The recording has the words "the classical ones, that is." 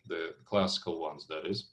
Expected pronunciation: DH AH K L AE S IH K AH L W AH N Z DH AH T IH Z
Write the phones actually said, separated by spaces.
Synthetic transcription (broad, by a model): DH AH K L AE S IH K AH L W AH N Z DH AH T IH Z